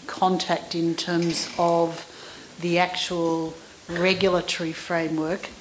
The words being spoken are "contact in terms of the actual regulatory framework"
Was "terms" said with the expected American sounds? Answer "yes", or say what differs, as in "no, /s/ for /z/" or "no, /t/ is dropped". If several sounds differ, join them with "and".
yes